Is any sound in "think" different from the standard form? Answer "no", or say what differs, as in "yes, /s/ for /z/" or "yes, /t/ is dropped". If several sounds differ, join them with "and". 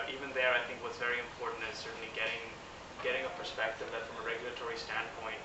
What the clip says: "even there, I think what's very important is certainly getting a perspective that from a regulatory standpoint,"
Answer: no